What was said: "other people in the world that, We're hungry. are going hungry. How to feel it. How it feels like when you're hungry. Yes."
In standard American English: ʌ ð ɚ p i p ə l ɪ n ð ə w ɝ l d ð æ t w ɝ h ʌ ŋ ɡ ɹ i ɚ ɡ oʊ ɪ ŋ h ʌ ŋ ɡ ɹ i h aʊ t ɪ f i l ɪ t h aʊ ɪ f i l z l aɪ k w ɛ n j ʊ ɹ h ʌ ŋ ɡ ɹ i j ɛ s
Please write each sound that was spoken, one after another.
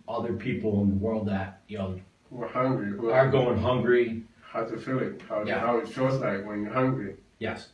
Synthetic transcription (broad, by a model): ʌ ð ɚ p i p l ɪ n ð ə w ɝ l d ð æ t w ɝ h ʌ ŋ ɡ ɹ i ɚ ɡ oʊ ɪ ŋ h ʌ ŋ ɡ ɹ i h aʊ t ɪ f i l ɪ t h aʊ ɪ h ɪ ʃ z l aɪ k w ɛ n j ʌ ɹ h ʌ ŋ ɡ ɹ i j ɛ s